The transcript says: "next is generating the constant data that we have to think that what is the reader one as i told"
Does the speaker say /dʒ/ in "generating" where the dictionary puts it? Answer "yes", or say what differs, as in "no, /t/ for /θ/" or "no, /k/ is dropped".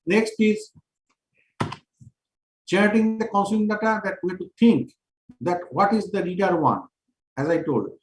no, /tʃ/ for /dʒ/